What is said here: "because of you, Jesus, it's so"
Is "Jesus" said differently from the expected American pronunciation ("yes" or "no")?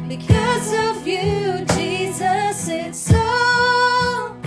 no